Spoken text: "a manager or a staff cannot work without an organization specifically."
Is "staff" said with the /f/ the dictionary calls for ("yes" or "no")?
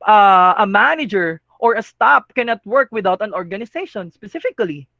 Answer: no